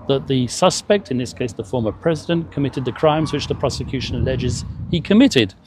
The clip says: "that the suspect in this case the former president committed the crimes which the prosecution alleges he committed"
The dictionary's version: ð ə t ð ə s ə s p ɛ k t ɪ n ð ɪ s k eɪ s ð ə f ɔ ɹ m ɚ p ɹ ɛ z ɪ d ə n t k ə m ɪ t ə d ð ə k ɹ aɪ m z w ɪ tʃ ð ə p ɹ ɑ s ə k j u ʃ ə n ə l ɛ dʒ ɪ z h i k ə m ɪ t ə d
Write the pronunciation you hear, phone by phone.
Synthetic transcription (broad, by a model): ð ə t ð ə s ə s p ɛ k t ɪ n ð ɪ s k eɪ s ð ə f ɔ ɹ m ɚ p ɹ ɛ z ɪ d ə n k ə m ɪ t ə d ð ə k ɹ aɪ m z w ɪ tʃ ð ə p ɹ ɑ s ə k j u ʃ ə n ə l ɛ dʒ ɪ z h i k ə m ɪ t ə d